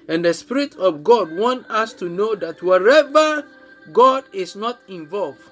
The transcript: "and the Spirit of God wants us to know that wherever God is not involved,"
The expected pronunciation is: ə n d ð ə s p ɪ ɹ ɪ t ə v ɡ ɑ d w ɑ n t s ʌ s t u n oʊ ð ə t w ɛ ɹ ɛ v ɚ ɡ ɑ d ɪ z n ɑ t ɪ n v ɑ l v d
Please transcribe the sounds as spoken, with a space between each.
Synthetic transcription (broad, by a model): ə n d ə s p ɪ ɹ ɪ t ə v ɡ ɑ d w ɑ n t ɑ s t u n oʊ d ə t w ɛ ɹ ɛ v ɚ ɡ ɑ d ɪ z n ɑ t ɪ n v ɑ l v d